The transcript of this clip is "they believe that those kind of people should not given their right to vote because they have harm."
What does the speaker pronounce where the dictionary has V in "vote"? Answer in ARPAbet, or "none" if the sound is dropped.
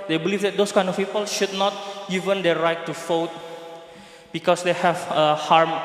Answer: F